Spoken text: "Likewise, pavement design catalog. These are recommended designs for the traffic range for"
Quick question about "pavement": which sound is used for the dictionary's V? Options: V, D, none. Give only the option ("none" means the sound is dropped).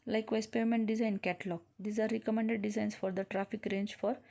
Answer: none